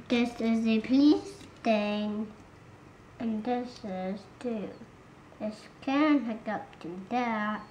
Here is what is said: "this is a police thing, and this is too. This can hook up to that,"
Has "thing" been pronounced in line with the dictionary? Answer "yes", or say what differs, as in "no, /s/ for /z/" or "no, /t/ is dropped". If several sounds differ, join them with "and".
no, /t/ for /θ/